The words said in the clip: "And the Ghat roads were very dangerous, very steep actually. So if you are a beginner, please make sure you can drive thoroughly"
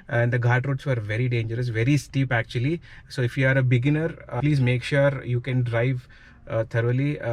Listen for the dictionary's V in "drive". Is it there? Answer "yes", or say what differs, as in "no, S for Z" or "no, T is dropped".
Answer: yes